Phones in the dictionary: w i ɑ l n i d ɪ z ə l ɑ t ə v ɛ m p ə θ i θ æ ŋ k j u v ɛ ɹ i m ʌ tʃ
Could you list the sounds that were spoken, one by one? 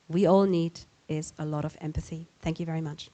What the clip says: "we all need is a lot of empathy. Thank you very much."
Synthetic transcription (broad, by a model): w i ɑ l n i d ɪ z ə l ɑ t ə v ɛ m p ə θ i θ æ ŋ k j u v ɛ ɹ i m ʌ tʃ